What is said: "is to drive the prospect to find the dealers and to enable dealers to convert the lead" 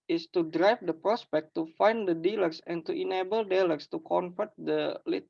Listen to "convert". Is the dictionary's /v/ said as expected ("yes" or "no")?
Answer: no